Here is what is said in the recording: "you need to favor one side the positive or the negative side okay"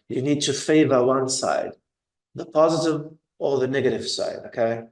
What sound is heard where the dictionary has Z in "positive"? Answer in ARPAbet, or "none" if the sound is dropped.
Z